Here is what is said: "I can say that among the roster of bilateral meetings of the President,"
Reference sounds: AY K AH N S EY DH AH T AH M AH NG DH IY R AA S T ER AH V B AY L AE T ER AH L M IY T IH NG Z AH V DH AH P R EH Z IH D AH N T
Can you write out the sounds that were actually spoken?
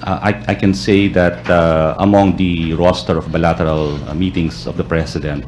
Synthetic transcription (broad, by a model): AY K AH N S EY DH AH T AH M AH NG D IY R AA S T ER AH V B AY L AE T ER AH L M IY T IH NG S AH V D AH P R EH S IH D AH N T